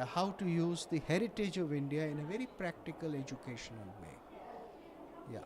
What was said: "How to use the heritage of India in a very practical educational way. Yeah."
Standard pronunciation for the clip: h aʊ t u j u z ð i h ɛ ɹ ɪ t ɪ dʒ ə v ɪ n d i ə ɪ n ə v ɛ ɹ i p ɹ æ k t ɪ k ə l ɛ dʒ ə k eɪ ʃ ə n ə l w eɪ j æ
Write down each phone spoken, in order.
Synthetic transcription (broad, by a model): h aʊ t u j u z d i h ɛ ɹ ɪ t ɪ dʒ ə v ɪ n d i ə ɪ n ə v ɛ ɹ i p ɹ æ k t ɪ k ə l ɛ dʒ ə k eɪ ʃ ə n ə l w eɪ j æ